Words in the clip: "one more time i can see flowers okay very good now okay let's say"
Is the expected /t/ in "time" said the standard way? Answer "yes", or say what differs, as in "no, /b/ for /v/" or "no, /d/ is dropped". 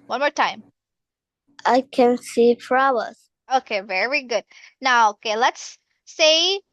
yes